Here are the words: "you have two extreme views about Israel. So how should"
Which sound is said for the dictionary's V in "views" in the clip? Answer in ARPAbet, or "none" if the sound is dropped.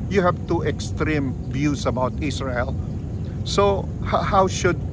B